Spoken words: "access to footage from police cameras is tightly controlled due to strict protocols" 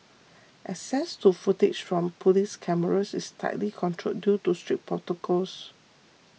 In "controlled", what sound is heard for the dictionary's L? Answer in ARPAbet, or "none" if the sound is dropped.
none